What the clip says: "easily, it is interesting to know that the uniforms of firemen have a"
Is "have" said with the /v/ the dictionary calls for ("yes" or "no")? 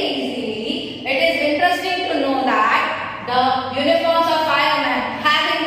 no